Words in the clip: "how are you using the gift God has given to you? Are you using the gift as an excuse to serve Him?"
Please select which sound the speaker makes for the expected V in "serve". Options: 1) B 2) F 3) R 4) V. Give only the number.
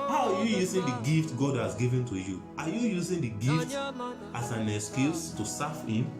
2